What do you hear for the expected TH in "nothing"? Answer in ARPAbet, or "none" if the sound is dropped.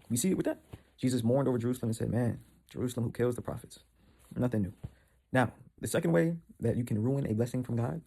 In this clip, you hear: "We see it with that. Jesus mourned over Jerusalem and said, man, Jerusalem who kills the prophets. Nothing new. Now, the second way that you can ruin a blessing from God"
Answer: TH